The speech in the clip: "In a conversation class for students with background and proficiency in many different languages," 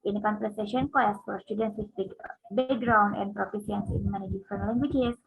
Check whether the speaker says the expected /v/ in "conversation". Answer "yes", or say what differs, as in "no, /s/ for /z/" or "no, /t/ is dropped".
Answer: no, /p/ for /v/